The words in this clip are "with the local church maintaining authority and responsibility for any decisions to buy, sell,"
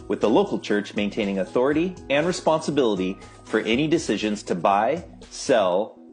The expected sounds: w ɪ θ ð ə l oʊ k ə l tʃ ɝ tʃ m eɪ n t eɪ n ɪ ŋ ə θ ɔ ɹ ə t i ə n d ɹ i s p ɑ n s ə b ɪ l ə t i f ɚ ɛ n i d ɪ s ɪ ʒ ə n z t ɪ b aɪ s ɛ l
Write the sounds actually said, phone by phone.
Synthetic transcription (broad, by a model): w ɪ ð ə l oʊ k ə l tʃ ɝ tʃ m eɪ n t eɪ n ɪ ŋ ə θ ɔ ɹ ə t i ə n ɹ i s p ɑ n s ə b ɪ l ə t i f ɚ ɛ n i d ɪ s ɪ ʒ ə n z t ɪ b aɪ s ɛ l